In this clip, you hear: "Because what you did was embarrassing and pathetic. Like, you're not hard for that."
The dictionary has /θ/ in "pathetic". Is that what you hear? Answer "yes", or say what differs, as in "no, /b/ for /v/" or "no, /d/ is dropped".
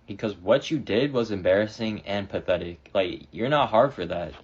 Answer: yes